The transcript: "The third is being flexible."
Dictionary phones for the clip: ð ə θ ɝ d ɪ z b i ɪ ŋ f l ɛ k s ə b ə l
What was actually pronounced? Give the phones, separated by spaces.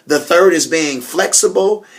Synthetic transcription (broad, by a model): ð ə θ ɝ d ɪ z b i ɪ ŋ f l ɛ k s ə b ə l